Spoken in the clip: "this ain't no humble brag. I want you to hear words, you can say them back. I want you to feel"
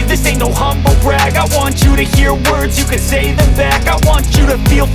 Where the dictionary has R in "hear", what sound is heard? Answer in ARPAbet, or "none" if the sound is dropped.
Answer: R